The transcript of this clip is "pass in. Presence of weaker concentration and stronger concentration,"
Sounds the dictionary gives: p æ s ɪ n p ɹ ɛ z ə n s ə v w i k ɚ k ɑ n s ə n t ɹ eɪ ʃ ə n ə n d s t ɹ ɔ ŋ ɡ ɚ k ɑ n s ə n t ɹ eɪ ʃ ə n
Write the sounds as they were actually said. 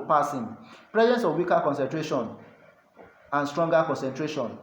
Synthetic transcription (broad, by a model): p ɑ s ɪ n p ɹ ɛ z ə n s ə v w i k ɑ k ɑ n s ə n t ɹ eɪ ʃ ə n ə n s t ɹ ɔ ŋ ɡ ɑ k ɑ n s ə n t ɹ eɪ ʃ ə n